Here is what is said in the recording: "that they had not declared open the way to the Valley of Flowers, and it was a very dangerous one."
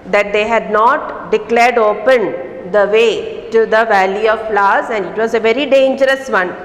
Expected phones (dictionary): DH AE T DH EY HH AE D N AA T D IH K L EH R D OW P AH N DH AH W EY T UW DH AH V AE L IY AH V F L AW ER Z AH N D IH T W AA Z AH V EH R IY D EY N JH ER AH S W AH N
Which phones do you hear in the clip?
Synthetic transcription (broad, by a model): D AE T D EY HH AE D N AA T D IH K L EH R D OW P AH N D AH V EY T UW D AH V AE L IY AH V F L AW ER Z AH N D IH T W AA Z AH V EH R IY D EY N JH ER AH S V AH N